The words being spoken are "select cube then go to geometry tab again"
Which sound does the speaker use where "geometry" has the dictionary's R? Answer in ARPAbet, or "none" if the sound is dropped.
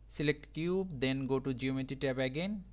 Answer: none